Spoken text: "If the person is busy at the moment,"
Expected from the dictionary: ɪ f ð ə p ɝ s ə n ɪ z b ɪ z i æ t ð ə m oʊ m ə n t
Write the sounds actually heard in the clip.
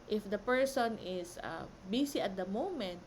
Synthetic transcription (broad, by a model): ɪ f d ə p ɝ s ə n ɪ s b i s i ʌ t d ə m oʊ m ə n t